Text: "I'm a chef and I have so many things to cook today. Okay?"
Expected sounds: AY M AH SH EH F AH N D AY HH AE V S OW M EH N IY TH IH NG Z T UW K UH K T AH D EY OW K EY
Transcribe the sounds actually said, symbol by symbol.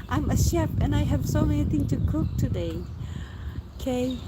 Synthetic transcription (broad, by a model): AY M AH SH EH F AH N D AY HH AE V S OW M EH N IY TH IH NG T UW K UH K T AH D EY OW K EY